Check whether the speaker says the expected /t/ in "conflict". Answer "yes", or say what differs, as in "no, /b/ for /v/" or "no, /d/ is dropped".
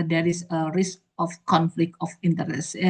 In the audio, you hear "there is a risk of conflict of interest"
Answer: yes